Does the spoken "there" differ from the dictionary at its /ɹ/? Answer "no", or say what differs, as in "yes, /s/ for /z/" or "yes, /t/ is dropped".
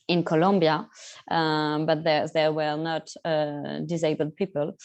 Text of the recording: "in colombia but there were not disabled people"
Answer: no